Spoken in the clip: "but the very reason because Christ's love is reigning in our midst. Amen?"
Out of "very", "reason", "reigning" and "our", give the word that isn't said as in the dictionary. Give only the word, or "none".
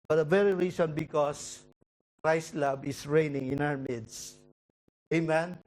reason